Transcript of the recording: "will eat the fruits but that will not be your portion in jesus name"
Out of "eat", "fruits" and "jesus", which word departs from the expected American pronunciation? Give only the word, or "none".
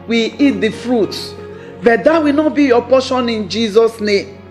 fruits